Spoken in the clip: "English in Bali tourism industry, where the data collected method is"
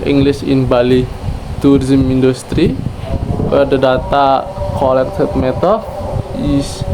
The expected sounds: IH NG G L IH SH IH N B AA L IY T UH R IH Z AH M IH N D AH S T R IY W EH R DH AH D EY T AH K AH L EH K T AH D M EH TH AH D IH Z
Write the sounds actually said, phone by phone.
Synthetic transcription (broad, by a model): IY NG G L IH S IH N B AA L IY T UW R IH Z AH M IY N D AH S T R IY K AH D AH D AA T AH K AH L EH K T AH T M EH T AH IH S